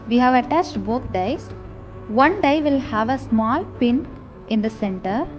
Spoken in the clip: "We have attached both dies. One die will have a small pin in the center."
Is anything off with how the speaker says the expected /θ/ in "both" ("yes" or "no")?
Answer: yes